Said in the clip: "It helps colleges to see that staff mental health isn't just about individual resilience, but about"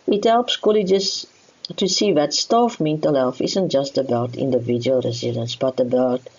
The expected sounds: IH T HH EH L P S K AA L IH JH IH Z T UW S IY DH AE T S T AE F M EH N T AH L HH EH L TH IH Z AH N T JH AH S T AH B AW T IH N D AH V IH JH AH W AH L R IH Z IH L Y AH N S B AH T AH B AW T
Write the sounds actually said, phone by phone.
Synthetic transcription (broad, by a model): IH T HH EH L P S K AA L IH JH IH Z T UW S IY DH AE T S T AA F M EH N T AH L HH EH L F IH Z AH N T JH AH S T AH B AW T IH N D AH V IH JH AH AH L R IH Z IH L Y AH N S B AH T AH B AW T